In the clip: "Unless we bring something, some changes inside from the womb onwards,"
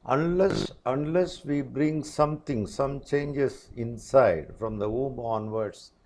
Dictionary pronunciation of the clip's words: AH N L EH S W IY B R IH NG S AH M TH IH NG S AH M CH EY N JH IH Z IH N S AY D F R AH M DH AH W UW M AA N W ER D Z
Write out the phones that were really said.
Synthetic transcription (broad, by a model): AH N L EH S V IY B R IH NG S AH M T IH NG S AH M CH EY N JH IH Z IH N S AY D F R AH M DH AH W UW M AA N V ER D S